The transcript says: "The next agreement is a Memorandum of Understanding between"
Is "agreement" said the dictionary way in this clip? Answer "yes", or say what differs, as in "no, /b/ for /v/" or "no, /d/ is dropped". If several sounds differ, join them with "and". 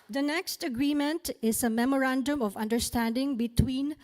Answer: yes